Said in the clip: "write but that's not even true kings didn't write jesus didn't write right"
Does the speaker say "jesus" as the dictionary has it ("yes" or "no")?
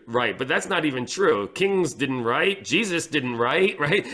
yes